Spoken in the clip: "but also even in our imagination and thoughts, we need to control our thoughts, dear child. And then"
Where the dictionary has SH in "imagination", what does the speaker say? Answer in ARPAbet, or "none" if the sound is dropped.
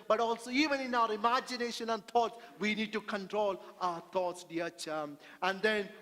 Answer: SH